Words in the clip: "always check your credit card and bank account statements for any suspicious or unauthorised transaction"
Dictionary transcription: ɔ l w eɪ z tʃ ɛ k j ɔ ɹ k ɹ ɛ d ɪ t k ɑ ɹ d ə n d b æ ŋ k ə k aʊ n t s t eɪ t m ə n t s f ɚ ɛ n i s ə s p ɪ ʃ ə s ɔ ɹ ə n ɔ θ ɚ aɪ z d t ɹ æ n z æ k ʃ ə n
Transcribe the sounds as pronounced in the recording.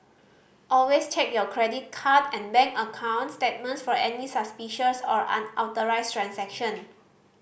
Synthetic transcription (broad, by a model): ɔ l w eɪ s tʃ ɛ k j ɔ k ɹ ɛ d ɪ t k ɑ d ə n b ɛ ŋ k ə k aʊ n t s t eɪ t m ə n t s f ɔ ɛ n i s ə s p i ʃ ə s ɔ ɹ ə n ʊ t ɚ aɪ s t ɹ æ n s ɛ k ʃ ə n